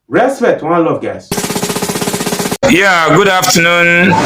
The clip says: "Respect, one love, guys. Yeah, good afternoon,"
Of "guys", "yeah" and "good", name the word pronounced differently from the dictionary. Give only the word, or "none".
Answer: guys